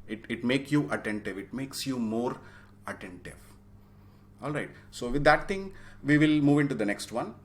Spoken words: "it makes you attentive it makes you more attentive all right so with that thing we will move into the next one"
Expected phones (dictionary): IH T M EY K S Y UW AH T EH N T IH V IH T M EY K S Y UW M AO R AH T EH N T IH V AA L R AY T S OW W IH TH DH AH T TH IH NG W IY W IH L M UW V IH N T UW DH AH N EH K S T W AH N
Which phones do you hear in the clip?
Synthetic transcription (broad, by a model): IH T M EY K S Y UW AH T EH N T IH V IH T M EY K S Y UW M AO R AH T EH N T IH V AA L R AY T S OW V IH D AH T T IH NG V IY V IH L M UW V IH N T UW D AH N EH K S T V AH N